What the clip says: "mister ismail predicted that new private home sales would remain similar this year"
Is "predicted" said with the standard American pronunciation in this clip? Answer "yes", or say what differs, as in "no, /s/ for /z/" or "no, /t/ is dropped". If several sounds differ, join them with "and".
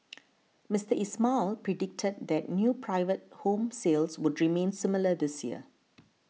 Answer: yes